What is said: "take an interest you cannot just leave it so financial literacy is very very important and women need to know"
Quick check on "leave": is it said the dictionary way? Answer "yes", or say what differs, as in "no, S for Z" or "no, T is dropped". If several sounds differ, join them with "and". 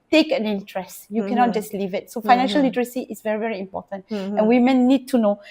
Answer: yes